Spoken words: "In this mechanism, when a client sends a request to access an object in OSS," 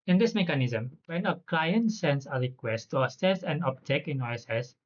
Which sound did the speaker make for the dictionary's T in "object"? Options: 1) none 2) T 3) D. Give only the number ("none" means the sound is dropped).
1